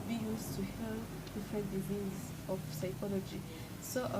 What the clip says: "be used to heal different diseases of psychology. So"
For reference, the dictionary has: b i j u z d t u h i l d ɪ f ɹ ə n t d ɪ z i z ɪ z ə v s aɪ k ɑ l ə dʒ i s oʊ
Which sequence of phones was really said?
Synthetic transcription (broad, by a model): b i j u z t u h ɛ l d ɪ f ɹ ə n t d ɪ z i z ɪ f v s aɪ k ɑ l ə dʒ i s oʊ